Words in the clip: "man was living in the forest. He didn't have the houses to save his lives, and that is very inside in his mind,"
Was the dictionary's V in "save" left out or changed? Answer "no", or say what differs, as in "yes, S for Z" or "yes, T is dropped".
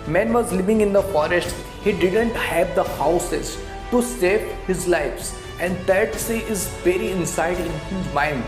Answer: yes, P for V